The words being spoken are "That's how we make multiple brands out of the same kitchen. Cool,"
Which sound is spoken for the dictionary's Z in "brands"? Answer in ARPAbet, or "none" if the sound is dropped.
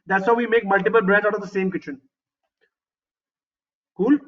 none